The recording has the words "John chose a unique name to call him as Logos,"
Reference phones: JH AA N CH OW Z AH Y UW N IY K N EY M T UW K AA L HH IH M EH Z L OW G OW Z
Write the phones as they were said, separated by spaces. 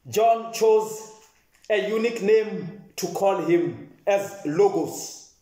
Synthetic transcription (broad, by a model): JH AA N CH OW Z AH Y UW N IY K N EY M T UW K AA L HH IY M EH Z L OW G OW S